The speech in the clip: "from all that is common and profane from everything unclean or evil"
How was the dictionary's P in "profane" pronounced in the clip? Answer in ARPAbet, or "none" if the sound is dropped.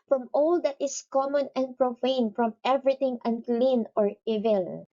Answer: P